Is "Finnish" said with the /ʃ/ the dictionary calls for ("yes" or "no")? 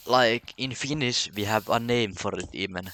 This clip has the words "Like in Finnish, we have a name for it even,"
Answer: no